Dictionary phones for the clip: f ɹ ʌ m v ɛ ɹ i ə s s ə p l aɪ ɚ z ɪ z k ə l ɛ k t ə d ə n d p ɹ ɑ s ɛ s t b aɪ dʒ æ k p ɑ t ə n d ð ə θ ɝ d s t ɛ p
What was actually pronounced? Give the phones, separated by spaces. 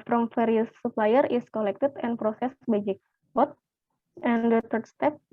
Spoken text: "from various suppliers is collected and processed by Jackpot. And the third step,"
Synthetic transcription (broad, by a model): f ɹ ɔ m f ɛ ɹ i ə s s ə p l aɪ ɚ ɪ s k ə l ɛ k t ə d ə n p ɹ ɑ s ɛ s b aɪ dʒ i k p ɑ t ə n d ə t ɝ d s t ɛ p